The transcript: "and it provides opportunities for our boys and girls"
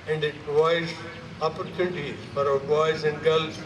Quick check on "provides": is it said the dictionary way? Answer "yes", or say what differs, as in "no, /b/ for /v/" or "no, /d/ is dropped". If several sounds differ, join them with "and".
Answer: no, /v/ is dropped